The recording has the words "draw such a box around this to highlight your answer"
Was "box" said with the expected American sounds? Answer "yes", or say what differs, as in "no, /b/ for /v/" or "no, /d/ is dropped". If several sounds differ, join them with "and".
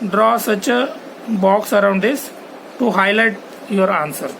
yes